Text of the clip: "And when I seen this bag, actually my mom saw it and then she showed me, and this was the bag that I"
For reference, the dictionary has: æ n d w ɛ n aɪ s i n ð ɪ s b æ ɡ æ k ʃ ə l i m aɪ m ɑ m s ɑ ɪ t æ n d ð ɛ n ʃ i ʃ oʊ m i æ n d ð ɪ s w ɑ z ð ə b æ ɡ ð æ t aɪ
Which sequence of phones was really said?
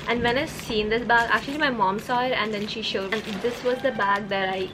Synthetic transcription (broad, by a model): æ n d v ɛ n aɪ s i n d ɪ s b æ ɡ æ k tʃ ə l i m aɪ m ɑ m s ɑ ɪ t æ n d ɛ n ʃ i ʃ oʊ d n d ɪ s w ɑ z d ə b æ ɡ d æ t aɪ